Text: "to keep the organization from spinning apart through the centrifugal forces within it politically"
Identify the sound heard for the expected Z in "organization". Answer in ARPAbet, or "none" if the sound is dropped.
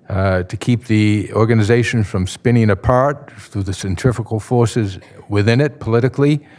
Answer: Z